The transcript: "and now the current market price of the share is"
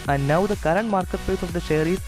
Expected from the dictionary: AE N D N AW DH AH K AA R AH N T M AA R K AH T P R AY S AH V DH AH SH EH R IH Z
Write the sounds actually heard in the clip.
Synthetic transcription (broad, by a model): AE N D N AW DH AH K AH R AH N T M AA R K AH T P EH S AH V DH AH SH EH R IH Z